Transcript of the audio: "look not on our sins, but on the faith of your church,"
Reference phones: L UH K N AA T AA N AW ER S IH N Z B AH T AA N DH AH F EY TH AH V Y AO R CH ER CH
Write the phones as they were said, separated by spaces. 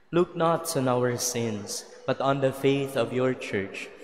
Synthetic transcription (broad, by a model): L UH K N AA T AA N AW ER S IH N S B AH T AA N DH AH F EY TH AH V Y AO R CH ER CH